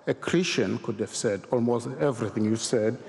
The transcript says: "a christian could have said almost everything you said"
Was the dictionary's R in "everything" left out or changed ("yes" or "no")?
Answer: no